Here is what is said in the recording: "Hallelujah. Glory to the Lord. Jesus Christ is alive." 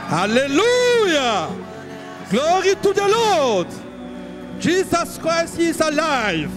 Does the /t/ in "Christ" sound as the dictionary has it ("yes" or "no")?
no